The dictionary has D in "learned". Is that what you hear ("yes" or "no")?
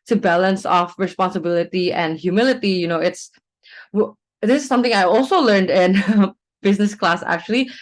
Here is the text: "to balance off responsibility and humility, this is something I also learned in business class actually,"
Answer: yes